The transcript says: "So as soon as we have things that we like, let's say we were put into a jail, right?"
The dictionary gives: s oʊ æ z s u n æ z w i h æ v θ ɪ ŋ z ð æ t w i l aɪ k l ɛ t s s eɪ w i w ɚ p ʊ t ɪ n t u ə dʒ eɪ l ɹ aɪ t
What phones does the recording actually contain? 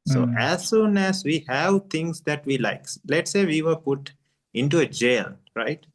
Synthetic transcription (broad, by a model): s oʊ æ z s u n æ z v i h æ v t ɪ ŋ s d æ t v i l aɪ k l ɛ t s s eɪ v i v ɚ p ʊ t ɪ n t u ə dʒ eɪ l ɹ aɪ t